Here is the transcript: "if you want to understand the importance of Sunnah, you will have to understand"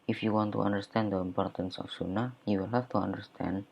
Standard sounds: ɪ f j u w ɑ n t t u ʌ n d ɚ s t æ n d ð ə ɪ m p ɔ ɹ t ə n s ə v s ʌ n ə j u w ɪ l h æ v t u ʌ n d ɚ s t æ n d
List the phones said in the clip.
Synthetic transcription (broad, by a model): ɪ f j u w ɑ n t t u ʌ n d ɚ s t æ n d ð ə ɪ m p ɔ ɹ t ə n s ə f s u n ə j u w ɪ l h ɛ f t u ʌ n d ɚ s t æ n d